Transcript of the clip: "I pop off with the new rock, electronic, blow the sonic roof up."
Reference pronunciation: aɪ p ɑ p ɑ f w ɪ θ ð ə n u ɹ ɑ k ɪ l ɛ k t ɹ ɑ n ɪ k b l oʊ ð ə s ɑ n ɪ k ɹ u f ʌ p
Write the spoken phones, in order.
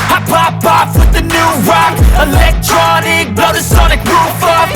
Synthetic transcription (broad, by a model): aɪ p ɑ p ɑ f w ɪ ð ə n u ɹ ɑ k ɪ l ɛ k t ɹ ɑ n ɪ k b oʊ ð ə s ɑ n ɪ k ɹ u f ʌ